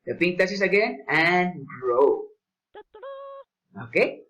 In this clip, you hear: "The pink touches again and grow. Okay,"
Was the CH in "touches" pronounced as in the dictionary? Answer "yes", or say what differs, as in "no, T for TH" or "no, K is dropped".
no, S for CH